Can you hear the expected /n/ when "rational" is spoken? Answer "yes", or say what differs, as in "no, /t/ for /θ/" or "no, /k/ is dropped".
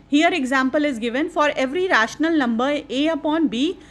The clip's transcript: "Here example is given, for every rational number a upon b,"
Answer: yes